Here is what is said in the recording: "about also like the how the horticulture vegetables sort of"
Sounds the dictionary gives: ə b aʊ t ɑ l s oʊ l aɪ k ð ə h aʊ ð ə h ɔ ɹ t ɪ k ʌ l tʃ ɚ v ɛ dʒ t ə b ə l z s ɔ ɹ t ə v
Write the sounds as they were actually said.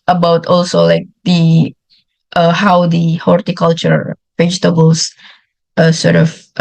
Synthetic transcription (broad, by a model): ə b aʊ t ɑ l s oʊ l aɪ k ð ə h aʊ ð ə h ɔ ɹ t ɪ k ʌ l tʃ ɚ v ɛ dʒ t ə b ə l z s ɔ ɹ t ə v